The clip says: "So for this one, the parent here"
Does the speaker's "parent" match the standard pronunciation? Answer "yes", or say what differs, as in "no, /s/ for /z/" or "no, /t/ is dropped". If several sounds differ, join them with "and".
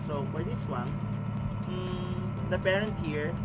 yes